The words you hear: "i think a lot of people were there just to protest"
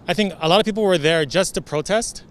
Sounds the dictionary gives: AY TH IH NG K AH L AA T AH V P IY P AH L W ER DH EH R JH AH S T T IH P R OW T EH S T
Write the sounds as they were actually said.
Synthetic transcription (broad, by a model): AY TH IH NG K AH L AA T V P IY P L W ER DH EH R JH AH S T T IH P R OW T EH S T